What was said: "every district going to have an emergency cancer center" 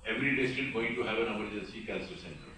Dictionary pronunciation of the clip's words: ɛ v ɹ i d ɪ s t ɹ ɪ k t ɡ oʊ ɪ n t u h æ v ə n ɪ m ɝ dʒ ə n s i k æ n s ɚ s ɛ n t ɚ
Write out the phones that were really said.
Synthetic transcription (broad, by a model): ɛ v ɹ i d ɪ s t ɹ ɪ t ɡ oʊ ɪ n t u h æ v ə n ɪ m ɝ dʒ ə s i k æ l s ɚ s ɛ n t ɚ